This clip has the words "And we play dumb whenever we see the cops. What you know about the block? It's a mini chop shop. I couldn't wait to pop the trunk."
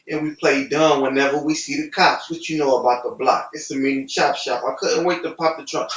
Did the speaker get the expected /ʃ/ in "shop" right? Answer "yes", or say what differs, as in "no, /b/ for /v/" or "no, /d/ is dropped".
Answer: yes